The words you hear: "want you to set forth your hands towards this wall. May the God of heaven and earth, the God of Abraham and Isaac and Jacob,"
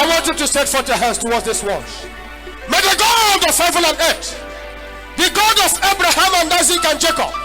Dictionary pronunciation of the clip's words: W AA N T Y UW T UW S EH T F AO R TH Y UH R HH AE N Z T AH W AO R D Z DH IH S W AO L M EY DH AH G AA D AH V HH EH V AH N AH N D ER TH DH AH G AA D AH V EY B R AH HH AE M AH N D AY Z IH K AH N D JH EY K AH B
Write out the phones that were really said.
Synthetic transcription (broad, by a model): W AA N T Y UW T UW S EH T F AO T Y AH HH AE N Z T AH W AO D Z DH IH S W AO N M EY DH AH G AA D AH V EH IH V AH L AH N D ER T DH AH G AA D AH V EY B R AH HH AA M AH N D AY Z IH K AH N JH EY K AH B